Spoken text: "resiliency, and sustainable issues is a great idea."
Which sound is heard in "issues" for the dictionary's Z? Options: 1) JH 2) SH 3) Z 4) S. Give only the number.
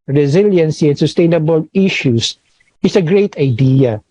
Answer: 4